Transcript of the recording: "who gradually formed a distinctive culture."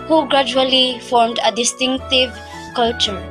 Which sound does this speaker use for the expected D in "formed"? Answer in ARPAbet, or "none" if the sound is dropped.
D